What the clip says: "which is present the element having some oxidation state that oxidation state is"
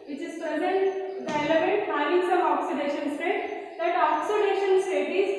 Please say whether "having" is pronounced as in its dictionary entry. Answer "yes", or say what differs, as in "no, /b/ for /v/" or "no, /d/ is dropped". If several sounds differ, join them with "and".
no, /v/ is dropped